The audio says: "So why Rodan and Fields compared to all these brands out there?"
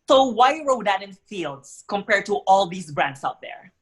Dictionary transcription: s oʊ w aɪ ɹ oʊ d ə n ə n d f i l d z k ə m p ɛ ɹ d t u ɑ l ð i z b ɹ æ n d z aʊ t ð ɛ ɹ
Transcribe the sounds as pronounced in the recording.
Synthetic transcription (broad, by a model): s oʊ w aɪ ɹ oʊ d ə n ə n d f i l d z k ə m p ɛ ɹ d t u ɑ l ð i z b ɹ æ n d s aʊ t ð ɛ ɹ